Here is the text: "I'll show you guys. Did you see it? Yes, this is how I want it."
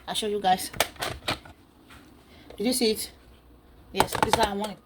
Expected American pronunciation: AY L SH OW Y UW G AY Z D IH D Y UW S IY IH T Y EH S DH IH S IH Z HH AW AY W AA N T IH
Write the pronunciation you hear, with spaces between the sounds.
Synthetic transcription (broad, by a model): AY SH OW Y UW G AY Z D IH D Y UW S IY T Y EH S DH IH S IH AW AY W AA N IH